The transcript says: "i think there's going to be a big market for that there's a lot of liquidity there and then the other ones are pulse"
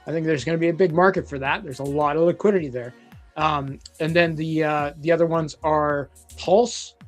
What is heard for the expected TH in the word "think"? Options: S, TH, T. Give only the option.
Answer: TH